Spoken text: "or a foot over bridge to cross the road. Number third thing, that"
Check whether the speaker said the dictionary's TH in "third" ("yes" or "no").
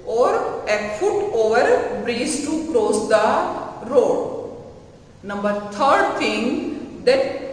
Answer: no